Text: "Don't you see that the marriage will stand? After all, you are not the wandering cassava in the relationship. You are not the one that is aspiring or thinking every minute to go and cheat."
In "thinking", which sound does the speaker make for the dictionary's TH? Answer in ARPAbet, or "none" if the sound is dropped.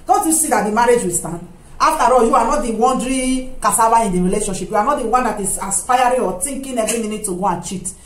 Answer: T